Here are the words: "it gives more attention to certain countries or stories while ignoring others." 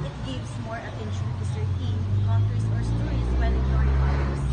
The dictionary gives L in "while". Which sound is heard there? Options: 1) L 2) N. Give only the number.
2